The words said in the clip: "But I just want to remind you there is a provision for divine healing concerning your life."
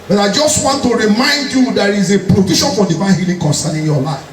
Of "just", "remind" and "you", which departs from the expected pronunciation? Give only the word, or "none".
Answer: none